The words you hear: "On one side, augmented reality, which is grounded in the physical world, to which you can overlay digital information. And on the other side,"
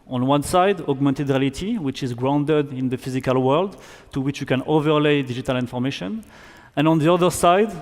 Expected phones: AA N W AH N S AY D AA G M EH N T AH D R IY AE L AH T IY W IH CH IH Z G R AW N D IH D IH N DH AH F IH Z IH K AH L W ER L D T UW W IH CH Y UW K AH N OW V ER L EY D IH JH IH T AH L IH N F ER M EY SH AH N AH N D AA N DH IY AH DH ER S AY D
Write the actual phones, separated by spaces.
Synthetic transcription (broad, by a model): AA N W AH N S AY D AA G M EH N T AH D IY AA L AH T IY W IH CH IH Z G R AW N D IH D IH N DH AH F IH Z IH K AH L W ER L D T UW W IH CH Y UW K AH N OW V ER L EY D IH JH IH T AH L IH N F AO M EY SH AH N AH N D AA N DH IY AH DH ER S AY D